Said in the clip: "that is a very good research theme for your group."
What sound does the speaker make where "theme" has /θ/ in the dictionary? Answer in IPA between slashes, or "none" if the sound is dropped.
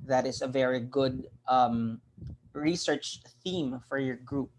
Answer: /θ/